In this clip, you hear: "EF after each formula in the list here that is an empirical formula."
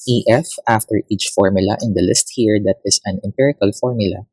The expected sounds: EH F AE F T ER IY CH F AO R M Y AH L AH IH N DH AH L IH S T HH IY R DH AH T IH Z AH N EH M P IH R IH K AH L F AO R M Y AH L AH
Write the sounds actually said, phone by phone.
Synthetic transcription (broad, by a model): EH F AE F T ER IY CH F AO R M Y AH L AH IH N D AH L IH S T HH IY R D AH T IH S AH N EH M P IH R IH K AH L F AO R M Y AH L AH